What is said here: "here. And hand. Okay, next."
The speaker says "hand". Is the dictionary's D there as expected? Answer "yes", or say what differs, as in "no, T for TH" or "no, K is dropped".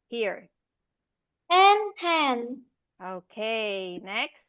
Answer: no, D is dropped